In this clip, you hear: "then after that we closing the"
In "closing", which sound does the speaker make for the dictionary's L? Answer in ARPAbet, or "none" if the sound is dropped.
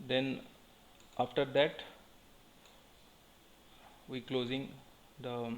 L